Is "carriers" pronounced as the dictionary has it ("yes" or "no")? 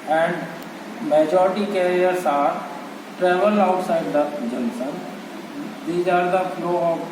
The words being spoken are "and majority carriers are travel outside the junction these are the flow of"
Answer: no